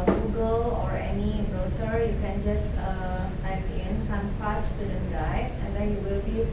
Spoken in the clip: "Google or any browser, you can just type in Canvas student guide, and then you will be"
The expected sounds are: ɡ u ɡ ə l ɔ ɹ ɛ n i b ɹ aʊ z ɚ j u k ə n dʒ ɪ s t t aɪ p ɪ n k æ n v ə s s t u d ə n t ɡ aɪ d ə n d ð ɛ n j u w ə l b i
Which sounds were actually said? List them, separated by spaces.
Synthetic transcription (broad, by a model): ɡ u ɡ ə l ɔ ɹ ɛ n i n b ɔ s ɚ j u k ə n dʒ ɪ s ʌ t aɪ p ɪ n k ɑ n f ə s s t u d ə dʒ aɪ ə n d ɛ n j u w ə l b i